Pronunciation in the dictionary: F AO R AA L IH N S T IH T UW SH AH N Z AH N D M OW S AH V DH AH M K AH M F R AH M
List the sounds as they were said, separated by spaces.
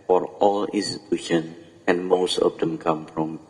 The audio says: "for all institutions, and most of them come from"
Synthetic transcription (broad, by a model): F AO R AA L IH N S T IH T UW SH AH N AH N M OW S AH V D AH M K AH M F R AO M